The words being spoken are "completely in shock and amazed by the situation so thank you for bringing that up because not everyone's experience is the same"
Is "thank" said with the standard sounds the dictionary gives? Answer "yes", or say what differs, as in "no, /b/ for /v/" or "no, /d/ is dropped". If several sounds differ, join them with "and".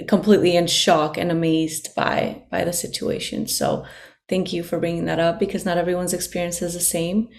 yes